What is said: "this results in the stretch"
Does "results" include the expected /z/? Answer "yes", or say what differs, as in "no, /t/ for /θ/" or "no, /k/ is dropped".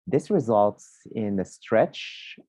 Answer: yes